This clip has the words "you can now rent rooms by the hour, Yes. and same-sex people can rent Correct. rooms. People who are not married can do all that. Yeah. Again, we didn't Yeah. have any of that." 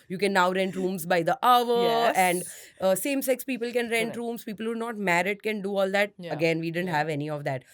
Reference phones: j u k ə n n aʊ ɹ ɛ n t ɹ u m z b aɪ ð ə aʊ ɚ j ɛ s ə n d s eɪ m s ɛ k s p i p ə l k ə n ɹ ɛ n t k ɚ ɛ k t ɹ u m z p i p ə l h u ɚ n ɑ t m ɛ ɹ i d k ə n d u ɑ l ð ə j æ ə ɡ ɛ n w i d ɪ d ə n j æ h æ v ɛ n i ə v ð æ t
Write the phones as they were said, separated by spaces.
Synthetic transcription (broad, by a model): j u k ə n n aʊ ɹ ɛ n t ɹ u m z b aɪ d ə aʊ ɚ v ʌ ə n d s eɪ m s ɛ k s p i p ə l k ə n ɹ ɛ n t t ɹ u m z p i p ə l h u n ɑ t m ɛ ɹ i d k ə n d u ɑ l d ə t ə ɡ ɛ n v i d ɪ d ə n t h æ v ɛ n i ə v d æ t